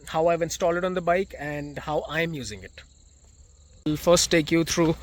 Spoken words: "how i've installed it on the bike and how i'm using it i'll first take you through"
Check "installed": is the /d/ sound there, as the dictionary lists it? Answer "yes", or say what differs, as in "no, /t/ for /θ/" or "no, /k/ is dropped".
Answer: no, /d/ is dropped